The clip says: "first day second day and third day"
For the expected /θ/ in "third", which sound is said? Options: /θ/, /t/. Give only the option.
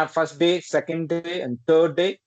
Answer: /t/